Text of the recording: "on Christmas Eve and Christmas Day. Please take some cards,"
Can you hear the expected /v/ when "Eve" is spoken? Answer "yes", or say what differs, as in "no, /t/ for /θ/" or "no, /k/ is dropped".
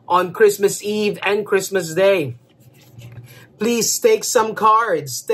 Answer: yes